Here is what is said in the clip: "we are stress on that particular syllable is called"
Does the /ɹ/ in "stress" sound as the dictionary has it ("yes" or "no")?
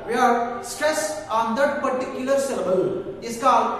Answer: yes